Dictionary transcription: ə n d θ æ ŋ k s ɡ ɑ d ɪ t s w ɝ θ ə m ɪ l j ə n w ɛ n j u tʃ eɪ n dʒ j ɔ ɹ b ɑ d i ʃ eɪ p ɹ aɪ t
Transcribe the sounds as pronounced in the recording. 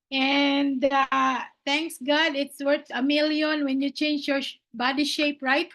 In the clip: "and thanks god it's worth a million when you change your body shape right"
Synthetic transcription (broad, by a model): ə n d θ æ ŋ k s ɡ ɑ d ɪ t s w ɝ s ə m ɪ l j ə n w ɛ n j u tʃ eɪ n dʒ j ɔ ɹ b ɑ d i ʃ eɪ p ɹ aɪ t